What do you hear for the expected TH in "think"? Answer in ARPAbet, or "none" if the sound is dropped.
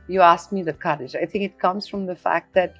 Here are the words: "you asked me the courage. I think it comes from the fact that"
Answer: TH